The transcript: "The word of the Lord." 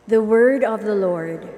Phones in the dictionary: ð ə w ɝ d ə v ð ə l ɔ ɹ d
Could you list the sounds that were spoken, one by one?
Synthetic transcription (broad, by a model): ð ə w ɝ d ə v ð ə l ɔ ɹ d